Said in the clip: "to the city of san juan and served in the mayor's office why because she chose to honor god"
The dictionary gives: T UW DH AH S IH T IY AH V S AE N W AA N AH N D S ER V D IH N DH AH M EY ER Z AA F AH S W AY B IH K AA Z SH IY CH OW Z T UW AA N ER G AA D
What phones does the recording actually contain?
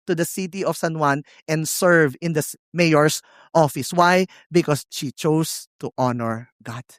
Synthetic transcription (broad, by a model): T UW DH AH S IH T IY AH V S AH N W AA N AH N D S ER V IH N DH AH M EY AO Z AA F AH S W AY B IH K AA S SH IY CH OW S T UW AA N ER G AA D